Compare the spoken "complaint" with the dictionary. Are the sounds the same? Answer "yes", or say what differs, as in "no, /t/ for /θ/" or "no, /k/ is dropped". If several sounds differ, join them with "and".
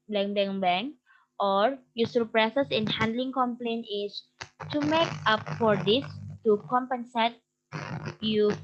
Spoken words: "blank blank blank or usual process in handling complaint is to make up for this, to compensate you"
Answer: no, /t/ is dropped